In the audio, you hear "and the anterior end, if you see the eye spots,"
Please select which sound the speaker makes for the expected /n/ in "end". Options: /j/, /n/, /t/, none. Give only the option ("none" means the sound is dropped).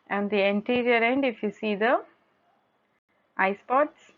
/n/